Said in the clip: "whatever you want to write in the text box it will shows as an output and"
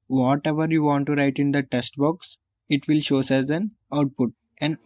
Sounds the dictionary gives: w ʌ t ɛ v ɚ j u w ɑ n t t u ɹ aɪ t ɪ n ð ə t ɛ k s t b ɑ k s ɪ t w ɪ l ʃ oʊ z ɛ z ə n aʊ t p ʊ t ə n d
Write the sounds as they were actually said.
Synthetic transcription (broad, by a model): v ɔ t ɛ v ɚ j u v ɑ n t t u ɹ aɪ t ɪ n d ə t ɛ s t b ɑ k s ɪ t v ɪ l ʃ oʊ s ɛ z ə n aʊ t p ʊ t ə n